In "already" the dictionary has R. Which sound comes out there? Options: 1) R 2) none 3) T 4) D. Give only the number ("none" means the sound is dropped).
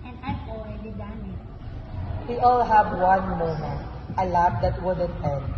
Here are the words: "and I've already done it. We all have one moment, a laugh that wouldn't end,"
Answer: 2